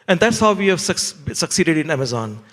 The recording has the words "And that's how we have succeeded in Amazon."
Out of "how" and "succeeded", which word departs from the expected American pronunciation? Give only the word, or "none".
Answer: none